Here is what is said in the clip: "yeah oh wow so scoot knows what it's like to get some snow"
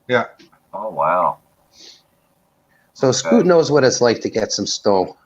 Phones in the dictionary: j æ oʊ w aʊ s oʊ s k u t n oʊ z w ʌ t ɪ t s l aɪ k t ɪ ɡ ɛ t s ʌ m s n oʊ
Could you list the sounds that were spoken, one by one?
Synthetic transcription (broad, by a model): j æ oʊ w aʊ s oʊ s k u t n oʊ z w ʌ t ɪ t s l aɪ k t ɪ ɡ ɛ t s ʌ m s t oʊ